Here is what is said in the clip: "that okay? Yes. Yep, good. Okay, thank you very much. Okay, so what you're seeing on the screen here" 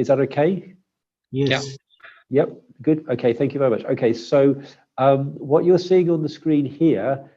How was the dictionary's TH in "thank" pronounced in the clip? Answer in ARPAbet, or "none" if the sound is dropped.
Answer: TH